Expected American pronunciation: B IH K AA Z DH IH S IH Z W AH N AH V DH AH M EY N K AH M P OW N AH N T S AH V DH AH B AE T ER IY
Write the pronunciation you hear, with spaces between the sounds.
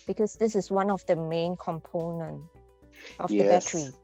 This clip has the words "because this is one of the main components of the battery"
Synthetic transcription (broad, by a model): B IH K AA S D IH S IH S W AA N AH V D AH M EY N K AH M P OW N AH N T AH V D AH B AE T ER IY